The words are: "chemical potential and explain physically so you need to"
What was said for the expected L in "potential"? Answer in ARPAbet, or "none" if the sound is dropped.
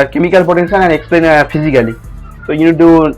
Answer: N